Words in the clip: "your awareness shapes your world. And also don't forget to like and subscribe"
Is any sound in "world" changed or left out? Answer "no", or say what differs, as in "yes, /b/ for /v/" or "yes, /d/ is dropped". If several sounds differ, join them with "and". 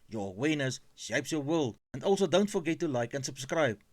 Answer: yes, /d/ is dropped